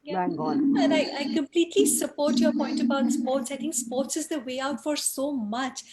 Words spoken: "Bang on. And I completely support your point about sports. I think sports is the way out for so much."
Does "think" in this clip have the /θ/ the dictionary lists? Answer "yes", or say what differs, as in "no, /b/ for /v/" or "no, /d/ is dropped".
no, /t/ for /θ/